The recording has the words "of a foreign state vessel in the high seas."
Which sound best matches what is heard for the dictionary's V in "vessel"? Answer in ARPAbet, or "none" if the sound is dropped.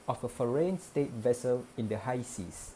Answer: V